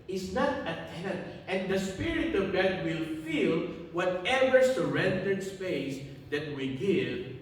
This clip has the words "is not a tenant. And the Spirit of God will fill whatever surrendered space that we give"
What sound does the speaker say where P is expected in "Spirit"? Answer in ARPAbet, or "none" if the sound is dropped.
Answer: P